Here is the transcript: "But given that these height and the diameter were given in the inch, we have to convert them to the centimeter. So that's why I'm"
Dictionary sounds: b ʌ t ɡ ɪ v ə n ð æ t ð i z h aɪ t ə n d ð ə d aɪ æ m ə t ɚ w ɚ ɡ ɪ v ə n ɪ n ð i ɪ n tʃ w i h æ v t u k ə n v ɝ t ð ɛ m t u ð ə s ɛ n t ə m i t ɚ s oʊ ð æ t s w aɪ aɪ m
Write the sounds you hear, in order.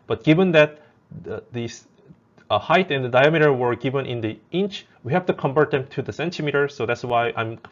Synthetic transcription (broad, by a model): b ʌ t ɡ ɪ v ə n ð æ t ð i s h aɪ t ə n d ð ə d aɪ æ m ə t ɚ w ɚ ɡ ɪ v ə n ɪ n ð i ɪ n tʃ w i h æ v t u k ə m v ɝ t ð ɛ m t u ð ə s ɛ n t ə m i t ɚ s oʊ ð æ t s w aɪ aɪ m